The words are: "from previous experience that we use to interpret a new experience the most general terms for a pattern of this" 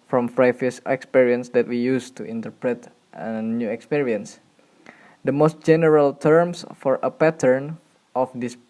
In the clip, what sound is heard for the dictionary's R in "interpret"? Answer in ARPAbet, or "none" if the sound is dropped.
R